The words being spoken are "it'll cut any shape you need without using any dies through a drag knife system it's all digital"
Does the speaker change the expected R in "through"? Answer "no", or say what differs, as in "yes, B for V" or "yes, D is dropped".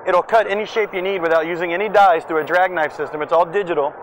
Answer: yes, R is dropped